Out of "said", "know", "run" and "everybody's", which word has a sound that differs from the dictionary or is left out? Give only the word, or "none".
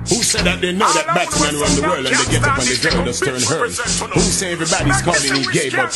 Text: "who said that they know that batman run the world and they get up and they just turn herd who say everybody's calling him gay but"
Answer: run